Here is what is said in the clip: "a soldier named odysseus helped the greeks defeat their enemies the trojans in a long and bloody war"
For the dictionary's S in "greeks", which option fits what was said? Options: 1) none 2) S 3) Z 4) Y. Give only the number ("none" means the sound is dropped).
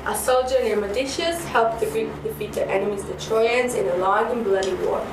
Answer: 1